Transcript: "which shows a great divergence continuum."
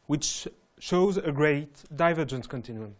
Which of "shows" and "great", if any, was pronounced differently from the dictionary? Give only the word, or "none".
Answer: none